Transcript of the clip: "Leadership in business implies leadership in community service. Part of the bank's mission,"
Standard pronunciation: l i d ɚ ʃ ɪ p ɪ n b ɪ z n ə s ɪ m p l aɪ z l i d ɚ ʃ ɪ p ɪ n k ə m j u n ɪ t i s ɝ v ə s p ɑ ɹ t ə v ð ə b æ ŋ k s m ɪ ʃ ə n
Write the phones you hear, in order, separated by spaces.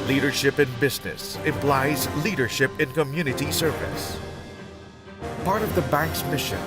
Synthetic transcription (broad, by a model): l i d ɚ ʃ ɪ p ɪ n b ɪ z n ə s ɪ m p l aɪ z l i d ɚ ʃ ɪ p ɪ n k ə m j u n ɪ t i s ɝ v ə s p ɑ ɹ t ə v ð ə b æ ŋ k s m ɪ ʃ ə n